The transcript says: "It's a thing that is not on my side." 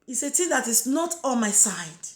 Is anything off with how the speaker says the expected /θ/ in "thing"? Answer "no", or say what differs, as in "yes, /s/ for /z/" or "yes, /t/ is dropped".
yes, /t/ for /θ/